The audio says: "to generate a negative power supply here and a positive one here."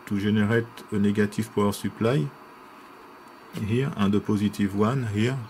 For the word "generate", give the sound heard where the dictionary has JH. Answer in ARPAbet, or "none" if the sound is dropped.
ZH